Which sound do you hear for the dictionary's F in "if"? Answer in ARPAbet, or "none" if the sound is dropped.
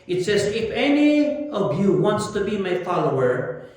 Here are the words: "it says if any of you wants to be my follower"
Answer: F